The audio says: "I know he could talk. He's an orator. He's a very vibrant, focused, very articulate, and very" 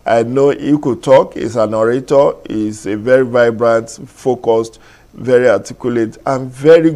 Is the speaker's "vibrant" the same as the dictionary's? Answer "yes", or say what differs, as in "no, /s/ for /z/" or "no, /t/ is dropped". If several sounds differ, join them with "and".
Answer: yes